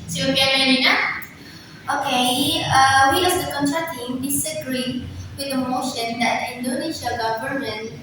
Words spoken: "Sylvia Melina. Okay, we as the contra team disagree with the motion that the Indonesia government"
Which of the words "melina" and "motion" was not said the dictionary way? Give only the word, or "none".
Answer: melina